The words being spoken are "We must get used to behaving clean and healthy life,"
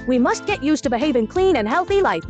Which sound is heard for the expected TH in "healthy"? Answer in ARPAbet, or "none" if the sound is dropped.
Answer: TH